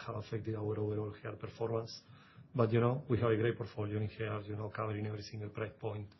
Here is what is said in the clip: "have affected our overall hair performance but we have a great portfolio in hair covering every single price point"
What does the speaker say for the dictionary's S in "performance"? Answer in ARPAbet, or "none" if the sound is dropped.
S